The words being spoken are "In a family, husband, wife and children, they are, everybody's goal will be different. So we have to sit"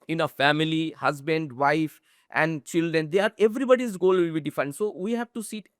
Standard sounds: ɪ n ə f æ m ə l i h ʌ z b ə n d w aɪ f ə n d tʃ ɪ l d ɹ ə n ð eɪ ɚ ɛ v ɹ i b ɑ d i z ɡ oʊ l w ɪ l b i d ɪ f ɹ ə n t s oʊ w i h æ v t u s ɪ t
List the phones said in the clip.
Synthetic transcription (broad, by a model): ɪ n ə f æ m ə l i h ʌ z b ə n d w aɪ f ə n d tʃ ɪ l d ɹ ə n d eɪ ɚ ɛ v ɹ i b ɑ d i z ɡ oʊ l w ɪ l b i d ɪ f ə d s oʊ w i h æ v t u s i t